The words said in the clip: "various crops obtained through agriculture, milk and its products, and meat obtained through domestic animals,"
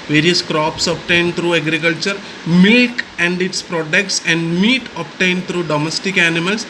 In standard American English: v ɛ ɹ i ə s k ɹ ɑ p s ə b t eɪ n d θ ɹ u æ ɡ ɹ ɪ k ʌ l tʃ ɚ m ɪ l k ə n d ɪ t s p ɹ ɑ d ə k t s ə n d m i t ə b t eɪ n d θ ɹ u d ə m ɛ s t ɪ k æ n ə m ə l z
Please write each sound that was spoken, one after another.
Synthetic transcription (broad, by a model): v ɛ ɹ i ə s k ɹ ɑ p s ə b t eɪ n d t ɹ u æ ɡ ɹ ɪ k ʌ l tʃ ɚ m ɪ l k ə n d ɪ t s p ɹ ɑ d ə k t s ə n d m i t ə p t eɪ n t ɹ u d ə m ɛ s t ɪ k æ n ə m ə l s